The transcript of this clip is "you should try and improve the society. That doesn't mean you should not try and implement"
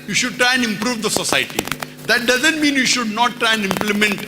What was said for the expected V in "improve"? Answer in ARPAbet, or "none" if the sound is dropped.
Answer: V